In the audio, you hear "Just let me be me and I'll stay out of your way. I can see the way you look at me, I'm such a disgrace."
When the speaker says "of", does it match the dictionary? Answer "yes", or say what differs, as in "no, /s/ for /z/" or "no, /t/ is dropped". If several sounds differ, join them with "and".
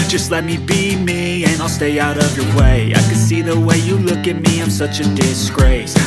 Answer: yes